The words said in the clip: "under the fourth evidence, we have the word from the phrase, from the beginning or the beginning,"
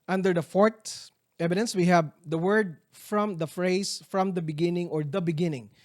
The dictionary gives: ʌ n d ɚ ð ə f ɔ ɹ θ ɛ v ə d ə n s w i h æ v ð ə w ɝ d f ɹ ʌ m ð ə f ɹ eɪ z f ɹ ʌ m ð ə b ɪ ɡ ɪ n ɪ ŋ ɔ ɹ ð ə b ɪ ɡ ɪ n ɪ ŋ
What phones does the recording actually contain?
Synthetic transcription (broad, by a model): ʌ n d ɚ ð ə f ɔ ɹ t ɛ v ə d ə n s w i h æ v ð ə w ɝ d f ɹ ʌ m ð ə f ɹ eɪ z f ɹ ʌ m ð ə b ɪ ɡ ɪ n ɪ ŋ ɔ ɹ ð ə b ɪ ɡ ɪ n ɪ ŋ